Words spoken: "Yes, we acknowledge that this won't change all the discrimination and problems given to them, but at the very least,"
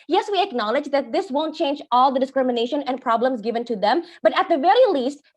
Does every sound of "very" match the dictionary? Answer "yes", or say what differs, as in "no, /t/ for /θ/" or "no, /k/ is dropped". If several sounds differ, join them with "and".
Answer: yes